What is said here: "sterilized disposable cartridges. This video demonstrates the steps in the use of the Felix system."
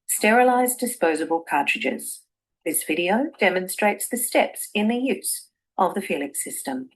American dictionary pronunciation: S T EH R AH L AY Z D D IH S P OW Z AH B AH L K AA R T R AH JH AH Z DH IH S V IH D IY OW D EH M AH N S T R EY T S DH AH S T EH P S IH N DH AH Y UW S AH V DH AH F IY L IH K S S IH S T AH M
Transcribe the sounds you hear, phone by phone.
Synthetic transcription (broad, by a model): S T EH R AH L AY Z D D IH S P OW Z AH B AH L K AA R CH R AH JH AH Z DH IH S V IH D IY OW D EH M AH N S T R EY T S DH AH S T EH P S IH N DH AH Y UW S AH V DH AH F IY L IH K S S IH S T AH M